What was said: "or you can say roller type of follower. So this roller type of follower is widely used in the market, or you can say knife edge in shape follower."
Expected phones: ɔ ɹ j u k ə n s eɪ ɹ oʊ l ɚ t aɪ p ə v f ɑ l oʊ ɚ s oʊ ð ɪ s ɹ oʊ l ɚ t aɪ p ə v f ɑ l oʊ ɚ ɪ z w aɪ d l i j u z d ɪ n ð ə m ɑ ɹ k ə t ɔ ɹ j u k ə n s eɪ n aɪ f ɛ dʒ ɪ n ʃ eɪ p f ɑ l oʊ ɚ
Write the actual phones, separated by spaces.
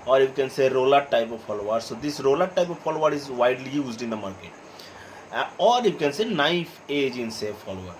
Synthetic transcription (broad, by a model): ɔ ɹ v k ə n s eɪ ɹ oʊ l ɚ t aɪ p ə v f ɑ l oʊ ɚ s oʊ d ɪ s ɹ oʊ l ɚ t aɪ p ə v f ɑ l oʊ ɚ ɪ z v aɪ d l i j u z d ɪ n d ə m ɑ ɹ k ə t ɔ ɹ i k ə n s eɪ n aɪ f ɛ dʒ ɪ n s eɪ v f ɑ l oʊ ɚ